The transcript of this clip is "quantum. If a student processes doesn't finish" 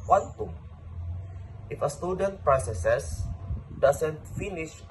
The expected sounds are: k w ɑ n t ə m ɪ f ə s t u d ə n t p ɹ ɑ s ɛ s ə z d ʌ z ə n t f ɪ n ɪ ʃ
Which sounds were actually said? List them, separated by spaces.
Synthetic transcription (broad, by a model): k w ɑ n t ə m ɪ f ə s t u d ə n t p ɹ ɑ s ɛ s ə s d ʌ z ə n t f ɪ n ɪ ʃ